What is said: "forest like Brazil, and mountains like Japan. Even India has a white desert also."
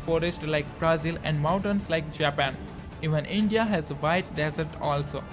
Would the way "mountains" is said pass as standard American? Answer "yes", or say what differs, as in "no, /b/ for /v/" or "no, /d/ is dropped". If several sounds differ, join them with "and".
no, /s/ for /z/